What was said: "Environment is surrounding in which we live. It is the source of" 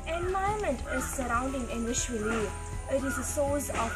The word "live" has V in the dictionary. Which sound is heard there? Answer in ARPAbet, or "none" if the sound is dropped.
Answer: none